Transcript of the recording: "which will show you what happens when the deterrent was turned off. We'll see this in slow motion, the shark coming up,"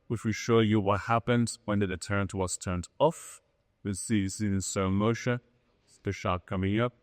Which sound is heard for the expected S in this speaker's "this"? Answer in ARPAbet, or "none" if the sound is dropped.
none